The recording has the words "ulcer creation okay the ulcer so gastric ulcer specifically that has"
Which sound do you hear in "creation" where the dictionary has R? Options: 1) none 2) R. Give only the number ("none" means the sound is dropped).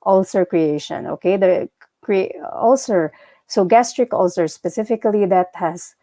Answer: 2